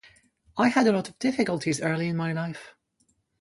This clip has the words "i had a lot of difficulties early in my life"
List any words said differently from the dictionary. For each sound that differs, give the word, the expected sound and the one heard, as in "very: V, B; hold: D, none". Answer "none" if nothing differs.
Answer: none